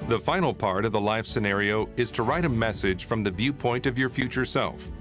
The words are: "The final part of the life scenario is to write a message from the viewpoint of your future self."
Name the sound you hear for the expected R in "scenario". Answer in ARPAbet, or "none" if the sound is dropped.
R